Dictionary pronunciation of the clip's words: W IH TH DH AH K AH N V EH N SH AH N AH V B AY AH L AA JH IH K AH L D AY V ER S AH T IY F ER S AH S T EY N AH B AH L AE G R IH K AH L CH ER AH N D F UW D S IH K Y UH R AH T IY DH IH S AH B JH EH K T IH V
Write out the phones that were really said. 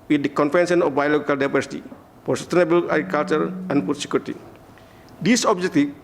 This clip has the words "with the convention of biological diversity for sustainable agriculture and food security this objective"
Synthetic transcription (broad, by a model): W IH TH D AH K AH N F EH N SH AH N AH F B AY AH L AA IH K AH L D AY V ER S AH T IY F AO S AH S T EY N AH B AH L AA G R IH K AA L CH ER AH N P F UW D S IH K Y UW R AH T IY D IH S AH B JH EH K T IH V